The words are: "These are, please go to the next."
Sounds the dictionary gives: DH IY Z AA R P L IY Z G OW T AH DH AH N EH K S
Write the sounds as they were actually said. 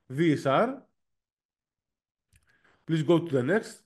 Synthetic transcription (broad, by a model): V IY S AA R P L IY S G OW T AH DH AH N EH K S